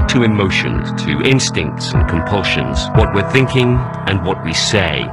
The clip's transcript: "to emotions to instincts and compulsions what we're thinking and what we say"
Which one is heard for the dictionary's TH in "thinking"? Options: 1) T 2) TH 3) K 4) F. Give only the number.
2